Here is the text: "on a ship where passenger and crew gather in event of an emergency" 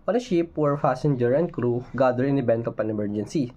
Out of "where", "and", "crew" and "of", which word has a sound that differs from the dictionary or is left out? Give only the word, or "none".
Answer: of